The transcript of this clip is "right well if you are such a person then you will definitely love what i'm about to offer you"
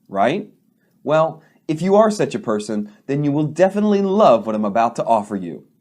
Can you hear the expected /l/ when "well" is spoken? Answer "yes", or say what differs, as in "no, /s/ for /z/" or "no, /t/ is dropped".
yes